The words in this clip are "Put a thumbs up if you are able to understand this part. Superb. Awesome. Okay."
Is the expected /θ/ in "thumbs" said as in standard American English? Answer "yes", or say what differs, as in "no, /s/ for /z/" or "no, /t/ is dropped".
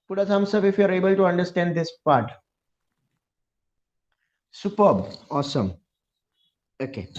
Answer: no, /s/ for /θ/